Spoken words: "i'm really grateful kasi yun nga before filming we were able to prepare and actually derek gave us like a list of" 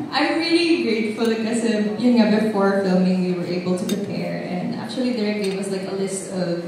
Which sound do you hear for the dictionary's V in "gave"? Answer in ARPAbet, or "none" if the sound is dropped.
W